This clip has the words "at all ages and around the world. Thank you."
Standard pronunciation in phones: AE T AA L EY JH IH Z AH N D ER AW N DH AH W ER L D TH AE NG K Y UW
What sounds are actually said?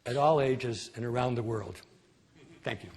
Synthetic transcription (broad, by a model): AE T AA L EY JH IH Z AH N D ER AW N DH AH W ER L D TH AE NG K Y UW